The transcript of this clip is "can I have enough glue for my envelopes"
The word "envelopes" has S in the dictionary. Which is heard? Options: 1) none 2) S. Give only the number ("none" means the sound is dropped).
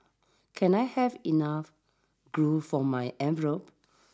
1